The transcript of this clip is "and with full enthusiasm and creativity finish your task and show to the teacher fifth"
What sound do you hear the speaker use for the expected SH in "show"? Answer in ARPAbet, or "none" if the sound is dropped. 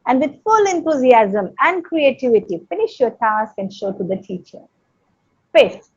SH